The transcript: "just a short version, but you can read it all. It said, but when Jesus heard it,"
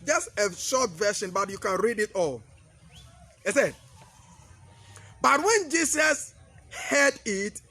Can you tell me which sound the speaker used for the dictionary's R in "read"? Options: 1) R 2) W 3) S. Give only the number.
1